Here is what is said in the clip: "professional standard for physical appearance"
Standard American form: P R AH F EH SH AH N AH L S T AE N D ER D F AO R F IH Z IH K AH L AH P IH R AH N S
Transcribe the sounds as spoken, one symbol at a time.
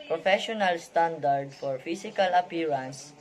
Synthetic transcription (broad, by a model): P R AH F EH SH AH N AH L S T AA N D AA D F AO R F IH S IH K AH L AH P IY R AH N S